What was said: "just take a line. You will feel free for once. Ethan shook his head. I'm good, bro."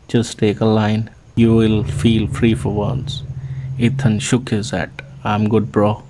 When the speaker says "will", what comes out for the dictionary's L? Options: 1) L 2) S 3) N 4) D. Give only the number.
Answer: 1